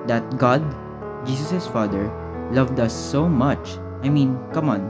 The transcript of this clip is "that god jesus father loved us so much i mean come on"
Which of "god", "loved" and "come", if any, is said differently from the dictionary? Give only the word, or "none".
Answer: none